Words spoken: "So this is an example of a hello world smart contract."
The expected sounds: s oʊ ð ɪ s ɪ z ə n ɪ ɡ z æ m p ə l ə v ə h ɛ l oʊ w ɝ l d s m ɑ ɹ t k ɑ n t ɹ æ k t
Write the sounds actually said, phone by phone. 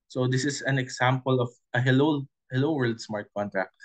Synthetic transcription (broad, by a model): s oʊ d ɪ s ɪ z ə n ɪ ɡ s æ m p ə l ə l ə h ɛ l oʊ w ɝ l d s m ɑ ɹ t k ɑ n t ɹ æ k t